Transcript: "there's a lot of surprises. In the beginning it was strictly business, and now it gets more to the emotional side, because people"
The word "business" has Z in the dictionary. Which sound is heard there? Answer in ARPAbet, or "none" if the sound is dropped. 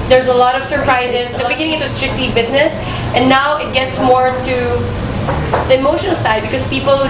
Z